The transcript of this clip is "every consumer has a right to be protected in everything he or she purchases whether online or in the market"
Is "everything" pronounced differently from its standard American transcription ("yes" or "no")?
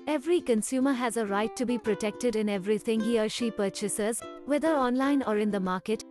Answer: yes